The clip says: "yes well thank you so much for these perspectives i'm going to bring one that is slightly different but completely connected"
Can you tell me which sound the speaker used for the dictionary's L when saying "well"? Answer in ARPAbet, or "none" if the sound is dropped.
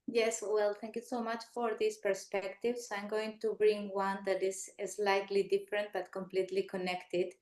L